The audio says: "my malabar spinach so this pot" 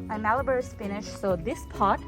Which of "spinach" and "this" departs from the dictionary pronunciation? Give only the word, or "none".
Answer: spinach